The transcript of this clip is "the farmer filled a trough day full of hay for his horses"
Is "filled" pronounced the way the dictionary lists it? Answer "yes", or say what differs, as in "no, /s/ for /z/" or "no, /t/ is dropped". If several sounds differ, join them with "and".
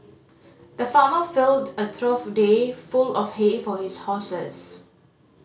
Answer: yes